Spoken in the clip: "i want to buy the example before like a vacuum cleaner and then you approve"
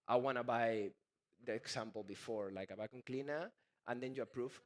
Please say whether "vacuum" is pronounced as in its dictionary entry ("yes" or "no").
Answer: no